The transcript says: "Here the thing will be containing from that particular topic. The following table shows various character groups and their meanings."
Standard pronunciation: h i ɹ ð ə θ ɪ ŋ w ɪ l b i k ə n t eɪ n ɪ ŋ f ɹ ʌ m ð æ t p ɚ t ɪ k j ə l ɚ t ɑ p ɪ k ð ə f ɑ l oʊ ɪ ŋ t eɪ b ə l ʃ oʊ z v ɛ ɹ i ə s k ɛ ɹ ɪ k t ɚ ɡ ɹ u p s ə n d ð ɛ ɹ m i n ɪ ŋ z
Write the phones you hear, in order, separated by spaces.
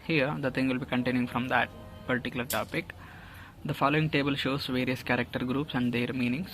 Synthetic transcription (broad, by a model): h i ɹ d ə t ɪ ŋ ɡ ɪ l b i k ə n t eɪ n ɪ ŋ f ɹ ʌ m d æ t p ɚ t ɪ k j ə l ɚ t ɑ p ɪ k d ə f ɑ l oʊ ɪ ŋ t eɪ b ə l ʃ oʊ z v ɛ ɹ i ə s k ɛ ɹ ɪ k t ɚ ɡ ɹ u p s ə n d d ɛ ɹ m i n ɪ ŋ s